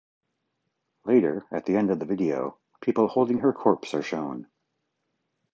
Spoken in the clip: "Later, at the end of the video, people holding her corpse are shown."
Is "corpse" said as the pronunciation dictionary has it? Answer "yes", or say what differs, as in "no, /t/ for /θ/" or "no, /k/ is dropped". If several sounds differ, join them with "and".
yes